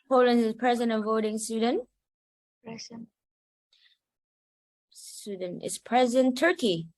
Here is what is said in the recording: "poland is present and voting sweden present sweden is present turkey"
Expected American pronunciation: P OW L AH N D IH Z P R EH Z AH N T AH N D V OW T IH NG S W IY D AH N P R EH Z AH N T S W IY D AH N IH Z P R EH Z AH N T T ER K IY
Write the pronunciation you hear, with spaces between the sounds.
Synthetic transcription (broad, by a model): P OW L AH N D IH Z P R EH Z AH N T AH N V OW T IH NG S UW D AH N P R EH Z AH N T S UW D N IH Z P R EH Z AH N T T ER K IY